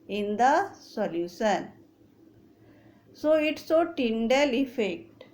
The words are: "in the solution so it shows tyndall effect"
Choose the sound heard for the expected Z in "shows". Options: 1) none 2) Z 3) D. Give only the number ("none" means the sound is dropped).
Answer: 1